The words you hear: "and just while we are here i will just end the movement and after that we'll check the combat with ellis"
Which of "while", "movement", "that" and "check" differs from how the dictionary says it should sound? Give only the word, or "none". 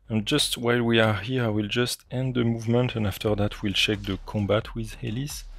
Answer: none